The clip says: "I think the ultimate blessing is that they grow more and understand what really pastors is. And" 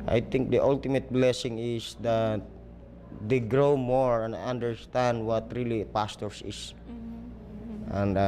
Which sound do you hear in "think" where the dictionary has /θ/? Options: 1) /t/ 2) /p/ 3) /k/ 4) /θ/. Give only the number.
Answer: 1